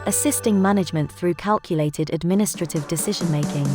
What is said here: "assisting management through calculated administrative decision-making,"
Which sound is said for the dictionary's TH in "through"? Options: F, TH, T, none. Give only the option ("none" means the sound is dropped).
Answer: TH